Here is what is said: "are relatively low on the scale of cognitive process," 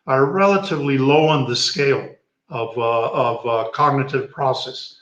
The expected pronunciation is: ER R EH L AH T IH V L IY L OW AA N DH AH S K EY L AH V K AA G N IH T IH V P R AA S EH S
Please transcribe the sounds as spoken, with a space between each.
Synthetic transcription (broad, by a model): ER R EH L AH T IH V L IY L OW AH N DH AH S K EY L AH V K AA G N IH T IH V P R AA S EH S